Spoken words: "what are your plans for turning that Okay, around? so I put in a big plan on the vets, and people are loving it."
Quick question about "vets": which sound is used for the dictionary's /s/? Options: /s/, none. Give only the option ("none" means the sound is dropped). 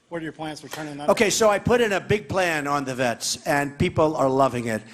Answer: /s/